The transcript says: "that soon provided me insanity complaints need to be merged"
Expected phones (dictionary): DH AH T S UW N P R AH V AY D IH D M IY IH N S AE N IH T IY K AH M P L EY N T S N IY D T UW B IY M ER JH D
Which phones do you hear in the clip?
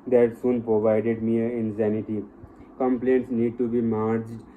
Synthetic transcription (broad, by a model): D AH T S UW N P R AH V AY D IH D M IY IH N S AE N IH T IY K AH M P L EY N T S N IY D T UW B IY M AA JH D